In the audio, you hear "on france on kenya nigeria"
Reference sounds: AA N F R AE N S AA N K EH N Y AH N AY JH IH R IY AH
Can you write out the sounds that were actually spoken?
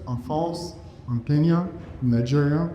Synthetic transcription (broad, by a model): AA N F AO S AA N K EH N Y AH N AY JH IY R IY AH